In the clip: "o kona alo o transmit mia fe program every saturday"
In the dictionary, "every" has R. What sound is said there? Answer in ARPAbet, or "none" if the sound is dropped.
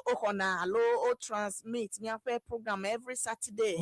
R